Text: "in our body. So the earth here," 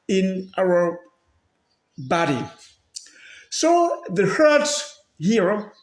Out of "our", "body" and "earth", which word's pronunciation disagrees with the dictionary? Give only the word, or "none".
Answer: earth